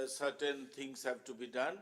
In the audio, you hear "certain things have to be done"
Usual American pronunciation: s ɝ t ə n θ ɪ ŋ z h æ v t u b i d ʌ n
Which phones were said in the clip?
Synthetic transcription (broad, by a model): s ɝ t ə n t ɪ ŋ s h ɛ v t u b i d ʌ n